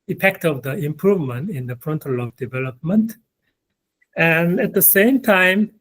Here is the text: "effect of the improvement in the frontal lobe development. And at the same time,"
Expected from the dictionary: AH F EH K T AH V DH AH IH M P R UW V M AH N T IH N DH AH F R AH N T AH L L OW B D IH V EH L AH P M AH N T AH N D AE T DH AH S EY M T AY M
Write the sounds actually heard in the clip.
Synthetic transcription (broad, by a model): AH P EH K T AH V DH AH IH M P R UW V M AH N T IH N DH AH P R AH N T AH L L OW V D IH V EH L AH P M AH N T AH N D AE T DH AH S EY M T AY M